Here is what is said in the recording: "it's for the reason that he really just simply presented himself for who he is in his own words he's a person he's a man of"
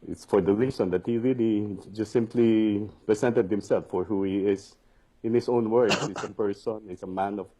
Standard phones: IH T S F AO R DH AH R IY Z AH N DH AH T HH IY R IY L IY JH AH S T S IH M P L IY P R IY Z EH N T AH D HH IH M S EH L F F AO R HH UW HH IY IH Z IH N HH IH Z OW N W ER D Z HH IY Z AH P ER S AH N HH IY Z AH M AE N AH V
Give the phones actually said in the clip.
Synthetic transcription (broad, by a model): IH T S F AO R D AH R IY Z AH N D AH T HH IY R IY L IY JH AH S T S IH M P L IY P R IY S EH N T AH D HH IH M S EH L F F AO R HH UW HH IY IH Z IH N HH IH S OW N W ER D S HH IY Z AH P ER S AH N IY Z AH M AE N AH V